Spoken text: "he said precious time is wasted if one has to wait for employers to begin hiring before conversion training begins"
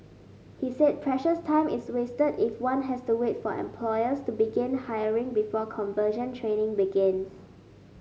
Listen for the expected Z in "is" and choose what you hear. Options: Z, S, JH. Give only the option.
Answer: S